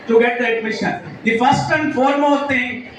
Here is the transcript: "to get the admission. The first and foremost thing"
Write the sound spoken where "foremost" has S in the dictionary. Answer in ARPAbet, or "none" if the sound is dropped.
none